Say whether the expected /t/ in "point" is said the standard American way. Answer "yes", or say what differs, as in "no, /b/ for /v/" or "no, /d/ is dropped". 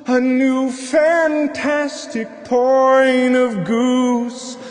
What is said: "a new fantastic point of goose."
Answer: no, /t/ is dropped